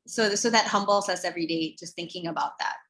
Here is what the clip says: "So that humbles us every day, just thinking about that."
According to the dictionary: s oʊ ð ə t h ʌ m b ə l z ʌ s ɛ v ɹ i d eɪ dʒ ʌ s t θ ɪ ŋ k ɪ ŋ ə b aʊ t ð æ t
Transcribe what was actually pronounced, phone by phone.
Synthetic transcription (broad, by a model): s oʊ ð ə t h ʌ m b l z ʌ s ɛ v ɹ i d eɪ dʒ ʌ s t θ ɪ ŋ k ɪ ŋ ə b aʊ t ð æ t